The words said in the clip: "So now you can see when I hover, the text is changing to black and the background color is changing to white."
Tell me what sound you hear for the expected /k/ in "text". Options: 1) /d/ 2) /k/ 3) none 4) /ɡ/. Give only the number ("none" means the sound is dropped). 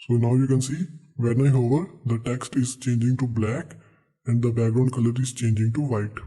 2